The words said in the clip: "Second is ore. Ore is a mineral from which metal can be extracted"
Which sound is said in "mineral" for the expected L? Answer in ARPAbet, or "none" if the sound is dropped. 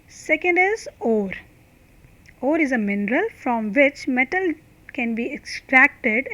L